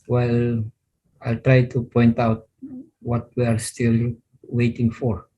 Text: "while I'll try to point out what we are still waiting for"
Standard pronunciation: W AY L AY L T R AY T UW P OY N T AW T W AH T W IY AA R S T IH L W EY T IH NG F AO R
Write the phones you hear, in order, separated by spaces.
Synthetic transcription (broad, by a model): W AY L AY L T R AY T UW P OY N T AW T W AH T W IY AA R S T IH L W EY T IH NG F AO R